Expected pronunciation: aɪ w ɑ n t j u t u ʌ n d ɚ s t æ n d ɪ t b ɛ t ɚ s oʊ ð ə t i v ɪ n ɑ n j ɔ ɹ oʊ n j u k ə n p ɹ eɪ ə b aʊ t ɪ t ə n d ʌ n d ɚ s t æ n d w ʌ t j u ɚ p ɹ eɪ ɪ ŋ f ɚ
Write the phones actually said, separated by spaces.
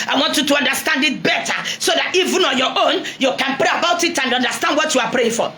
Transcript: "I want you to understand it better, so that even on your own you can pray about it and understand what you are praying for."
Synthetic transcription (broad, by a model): aɪ w ɑ n t j u t u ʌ n d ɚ s t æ n d ɪ t b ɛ t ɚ s oʊ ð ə t i v ɪ n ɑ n j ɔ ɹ oʊ n j u k ə n p ɹ eɪ ə b aʊ t ɪ t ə n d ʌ n d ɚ s t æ n d w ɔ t j u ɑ p ɹ eɪ ɪ ŋ f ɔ